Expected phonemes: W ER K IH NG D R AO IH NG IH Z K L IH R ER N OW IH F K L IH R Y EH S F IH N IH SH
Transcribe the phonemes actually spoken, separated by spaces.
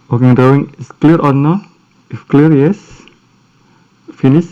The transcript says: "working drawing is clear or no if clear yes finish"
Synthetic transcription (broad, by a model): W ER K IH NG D AO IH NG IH S K L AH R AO N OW IH F K L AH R Y EH S F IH N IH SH